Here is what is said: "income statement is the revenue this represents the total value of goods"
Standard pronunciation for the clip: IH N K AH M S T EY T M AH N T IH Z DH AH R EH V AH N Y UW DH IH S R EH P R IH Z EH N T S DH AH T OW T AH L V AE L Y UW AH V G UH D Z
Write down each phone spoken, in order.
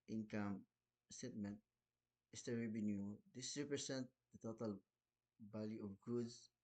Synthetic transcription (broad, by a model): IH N K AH M S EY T M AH N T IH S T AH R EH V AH N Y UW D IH S R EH P R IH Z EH N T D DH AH T OW T AH L B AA L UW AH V G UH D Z